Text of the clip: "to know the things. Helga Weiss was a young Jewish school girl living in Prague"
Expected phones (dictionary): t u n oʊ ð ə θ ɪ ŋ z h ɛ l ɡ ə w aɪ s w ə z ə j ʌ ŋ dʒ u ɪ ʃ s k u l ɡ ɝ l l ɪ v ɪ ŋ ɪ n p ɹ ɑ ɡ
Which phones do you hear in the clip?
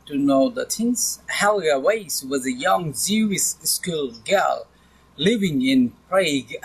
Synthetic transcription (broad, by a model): t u n oʊ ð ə s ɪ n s h ɛ l ɡ ə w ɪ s w ə z ə j ʌ ŋ z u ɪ s s k u l ɡ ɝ l l ɪ v ɪ ŋ ɪ n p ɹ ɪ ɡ